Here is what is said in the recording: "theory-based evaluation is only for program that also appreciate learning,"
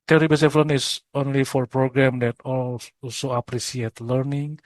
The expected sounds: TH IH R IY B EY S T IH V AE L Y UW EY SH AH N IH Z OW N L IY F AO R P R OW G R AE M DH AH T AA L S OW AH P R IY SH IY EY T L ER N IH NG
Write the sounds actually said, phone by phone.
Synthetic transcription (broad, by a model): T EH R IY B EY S IH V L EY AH N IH S OW N L IY F AO R P R OW G R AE M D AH T AA L S OW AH P R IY S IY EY T L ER N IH NG